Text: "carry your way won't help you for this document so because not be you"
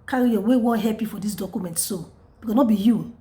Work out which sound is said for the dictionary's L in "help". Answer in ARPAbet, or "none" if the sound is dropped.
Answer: none